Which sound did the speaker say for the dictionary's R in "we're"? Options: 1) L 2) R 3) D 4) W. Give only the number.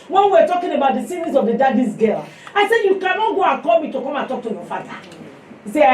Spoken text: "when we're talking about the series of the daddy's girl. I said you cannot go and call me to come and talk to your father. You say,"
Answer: 4